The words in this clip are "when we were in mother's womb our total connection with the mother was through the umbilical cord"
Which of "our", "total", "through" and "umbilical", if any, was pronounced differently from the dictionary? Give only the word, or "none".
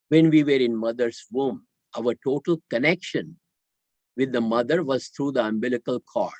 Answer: through